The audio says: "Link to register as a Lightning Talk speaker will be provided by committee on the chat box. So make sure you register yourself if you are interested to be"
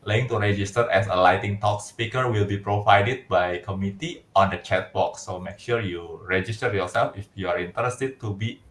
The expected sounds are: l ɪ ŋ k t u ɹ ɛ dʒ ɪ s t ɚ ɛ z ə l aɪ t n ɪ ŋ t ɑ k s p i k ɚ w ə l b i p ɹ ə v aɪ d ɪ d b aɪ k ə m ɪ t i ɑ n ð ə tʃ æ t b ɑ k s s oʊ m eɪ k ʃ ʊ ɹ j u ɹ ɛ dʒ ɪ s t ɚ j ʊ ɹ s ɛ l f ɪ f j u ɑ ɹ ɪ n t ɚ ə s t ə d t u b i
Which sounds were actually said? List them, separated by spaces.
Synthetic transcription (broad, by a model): l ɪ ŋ t u ɹ ɛ dʒ ɪ s t ɚ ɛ s ə l aɪ t ɪ ŋ t ɑ k s p i k ɚ w ə l b i p ɹ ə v aɪ d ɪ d b aɪ k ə m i t i ɑ n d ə tʃ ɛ t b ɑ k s s oʊ m eɪ k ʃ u ɹ j u ɹ ɛ dʒ ɪ s t ɚ j ʊ ɹ s ɛ l f ɪ f j u ɑ ɹ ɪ n t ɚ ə s t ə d t u b i